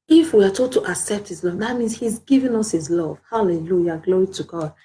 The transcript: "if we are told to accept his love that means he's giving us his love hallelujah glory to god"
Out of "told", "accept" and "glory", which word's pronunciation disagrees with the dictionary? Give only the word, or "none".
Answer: told